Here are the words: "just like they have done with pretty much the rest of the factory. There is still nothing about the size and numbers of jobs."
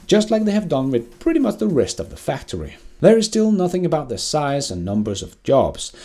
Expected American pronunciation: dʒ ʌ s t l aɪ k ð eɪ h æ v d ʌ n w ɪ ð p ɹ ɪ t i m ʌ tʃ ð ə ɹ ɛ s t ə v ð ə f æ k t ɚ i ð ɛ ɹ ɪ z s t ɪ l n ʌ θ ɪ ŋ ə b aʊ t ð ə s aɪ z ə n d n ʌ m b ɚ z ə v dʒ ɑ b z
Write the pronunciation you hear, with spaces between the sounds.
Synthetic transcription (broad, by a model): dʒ ʌ s t l aɪ k ð eɪ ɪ v d ʌ n w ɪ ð p ɹ ɪ t i m ʌ tʃ ð ə ɹ ɛ s t ə v ð ə f æ k t ɚ i ð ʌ ɹ ɪ z s t ɪ l n ʌ θ ɪ ŋ ə b aʊ t ð ə s aɪ z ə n n ʌ m b ɚ z ə v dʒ ɑ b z